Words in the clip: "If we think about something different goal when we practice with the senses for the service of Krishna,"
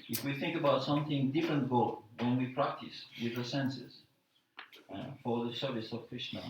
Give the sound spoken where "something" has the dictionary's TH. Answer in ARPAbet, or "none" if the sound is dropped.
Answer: TH